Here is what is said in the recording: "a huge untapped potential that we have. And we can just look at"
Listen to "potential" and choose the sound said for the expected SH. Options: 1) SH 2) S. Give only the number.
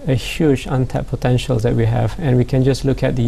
1